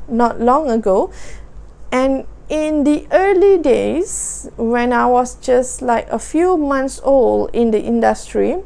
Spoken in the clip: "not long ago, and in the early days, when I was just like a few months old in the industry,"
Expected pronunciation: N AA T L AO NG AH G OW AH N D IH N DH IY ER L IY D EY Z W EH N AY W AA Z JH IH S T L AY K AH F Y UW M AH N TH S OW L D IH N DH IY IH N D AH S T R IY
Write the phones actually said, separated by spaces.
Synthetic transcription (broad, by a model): N AA T L AO NG AH G OW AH N IH N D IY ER L IY D EY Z W EH N AY W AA S JH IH S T L AY K AH F Y UW M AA N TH S OW L IH N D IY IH N D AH S T R IY